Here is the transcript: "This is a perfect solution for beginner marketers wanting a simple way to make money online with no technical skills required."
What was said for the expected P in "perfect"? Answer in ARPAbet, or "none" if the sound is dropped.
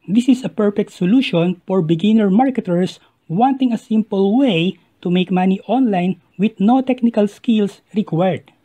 P